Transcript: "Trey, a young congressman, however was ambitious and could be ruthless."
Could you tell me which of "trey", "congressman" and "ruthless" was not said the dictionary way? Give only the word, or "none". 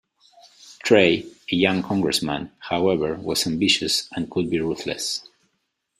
none